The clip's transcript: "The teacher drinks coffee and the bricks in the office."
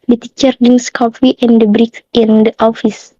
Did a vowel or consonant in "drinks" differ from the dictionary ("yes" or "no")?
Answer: yes